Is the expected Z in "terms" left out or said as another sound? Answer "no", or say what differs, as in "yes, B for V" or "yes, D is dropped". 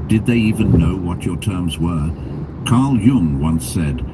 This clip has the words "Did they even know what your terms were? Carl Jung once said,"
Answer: no